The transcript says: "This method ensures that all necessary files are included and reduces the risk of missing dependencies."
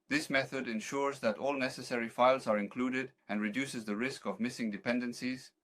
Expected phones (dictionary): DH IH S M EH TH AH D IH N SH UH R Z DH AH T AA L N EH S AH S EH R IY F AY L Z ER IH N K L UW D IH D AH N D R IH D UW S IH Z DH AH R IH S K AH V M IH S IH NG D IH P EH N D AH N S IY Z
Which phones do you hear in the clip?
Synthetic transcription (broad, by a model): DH IH S M EH TH AH D IH N SH UH R Z DH AH T AA L N EH S AH S EH R IY F AY L Z ER IH N K L UW D IH D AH N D R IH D UW S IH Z DH AH R IH S K AH V M IH S IH NG D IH P EH N D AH N S IY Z